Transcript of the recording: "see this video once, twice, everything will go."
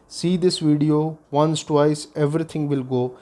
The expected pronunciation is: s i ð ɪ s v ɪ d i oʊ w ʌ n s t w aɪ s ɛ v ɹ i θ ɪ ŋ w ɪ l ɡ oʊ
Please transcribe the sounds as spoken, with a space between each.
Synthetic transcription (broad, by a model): s i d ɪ s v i d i oʊ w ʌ n s t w aɪ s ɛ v ɹ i t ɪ ŋ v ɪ l ɡ oʊ